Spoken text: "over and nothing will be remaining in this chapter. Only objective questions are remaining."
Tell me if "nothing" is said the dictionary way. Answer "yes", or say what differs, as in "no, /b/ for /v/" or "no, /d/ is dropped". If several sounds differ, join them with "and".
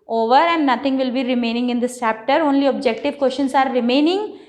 no, /t/ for /θ/